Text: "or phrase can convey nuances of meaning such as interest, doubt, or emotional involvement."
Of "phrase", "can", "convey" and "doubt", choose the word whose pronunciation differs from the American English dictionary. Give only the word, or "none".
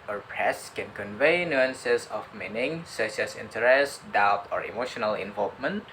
phrase